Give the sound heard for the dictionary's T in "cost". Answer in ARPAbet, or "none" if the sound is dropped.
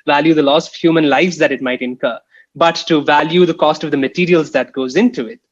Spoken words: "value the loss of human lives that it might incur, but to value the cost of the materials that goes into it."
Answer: T